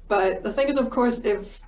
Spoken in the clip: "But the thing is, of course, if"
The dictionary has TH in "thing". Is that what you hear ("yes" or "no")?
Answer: yes